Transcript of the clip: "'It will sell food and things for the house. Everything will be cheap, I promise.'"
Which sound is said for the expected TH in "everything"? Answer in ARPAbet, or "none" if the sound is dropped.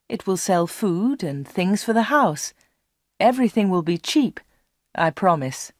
TH